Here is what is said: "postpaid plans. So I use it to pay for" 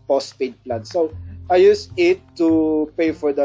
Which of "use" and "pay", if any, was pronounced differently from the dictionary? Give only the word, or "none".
none